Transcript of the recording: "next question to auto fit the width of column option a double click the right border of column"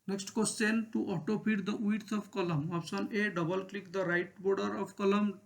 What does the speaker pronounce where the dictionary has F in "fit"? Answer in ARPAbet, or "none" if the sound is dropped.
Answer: P